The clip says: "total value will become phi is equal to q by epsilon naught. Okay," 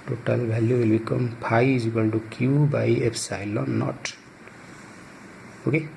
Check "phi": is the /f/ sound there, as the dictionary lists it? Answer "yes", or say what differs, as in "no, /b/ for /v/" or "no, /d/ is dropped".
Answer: no, /p/ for /f/